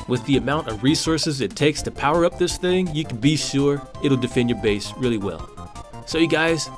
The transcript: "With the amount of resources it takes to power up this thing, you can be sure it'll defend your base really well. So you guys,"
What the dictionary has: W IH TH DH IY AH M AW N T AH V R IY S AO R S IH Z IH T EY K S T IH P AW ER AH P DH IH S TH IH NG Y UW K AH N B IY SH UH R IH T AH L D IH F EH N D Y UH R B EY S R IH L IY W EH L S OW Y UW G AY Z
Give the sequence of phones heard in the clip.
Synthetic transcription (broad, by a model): W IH DH IY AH M AW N T AH V R IY S AO R S IH Z IH T EY K S T IH P AW ER AH P DH IH S TH IH NG Y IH K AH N B IY SH UH R IH T L D IH F EH N D Y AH R B EY S R IH L IY W EH L S OW Y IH G AY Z